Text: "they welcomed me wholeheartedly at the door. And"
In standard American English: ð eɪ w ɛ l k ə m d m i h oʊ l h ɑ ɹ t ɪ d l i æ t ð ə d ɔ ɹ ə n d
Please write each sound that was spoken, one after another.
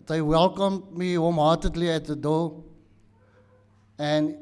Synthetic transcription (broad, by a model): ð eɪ w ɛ l k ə m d m i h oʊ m h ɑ t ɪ d l i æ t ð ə d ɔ l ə n